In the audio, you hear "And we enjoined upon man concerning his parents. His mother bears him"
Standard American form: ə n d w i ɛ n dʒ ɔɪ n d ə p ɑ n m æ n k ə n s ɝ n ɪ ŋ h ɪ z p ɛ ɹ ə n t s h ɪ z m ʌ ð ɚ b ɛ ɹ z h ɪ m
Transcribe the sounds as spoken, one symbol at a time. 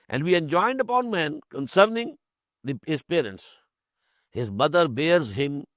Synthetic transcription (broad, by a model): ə n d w i ɛ n dʒ ɔɪ n d ə p ɑ n m æ n k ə n s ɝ n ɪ ŋ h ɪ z p ɛ ɹ ə n t s h ɪ z m ʌ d ɚ b ɛ ɹ z h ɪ m